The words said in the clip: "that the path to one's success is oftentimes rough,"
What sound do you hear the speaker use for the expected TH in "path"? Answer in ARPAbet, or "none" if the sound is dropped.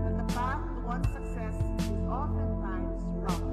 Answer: S